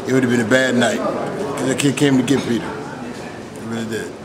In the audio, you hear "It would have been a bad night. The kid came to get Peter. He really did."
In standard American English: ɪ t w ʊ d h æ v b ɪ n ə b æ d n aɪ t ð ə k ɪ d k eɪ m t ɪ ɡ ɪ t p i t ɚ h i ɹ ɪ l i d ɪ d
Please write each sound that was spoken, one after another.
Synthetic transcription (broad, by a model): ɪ t w ʊ d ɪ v b ɪ n ə b æ d n aɪ t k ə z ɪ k k eɪ m t ɪ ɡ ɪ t p i t ɚ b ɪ n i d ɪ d